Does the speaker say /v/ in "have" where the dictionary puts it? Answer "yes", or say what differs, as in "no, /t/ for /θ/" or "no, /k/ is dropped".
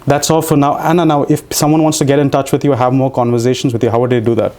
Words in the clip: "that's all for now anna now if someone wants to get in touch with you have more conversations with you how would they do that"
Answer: yes